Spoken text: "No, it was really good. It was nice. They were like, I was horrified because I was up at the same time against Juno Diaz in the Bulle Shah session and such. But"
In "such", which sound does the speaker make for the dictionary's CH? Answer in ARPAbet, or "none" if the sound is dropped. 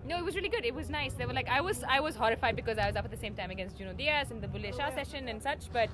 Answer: CH